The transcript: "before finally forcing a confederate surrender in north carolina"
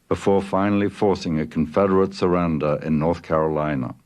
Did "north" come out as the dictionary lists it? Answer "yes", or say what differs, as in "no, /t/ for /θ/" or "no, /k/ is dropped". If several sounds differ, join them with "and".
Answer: yes